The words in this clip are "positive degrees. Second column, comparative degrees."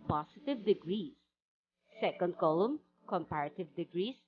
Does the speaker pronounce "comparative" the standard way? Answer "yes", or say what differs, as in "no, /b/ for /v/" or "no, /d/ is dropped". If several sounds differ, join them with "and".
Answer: yes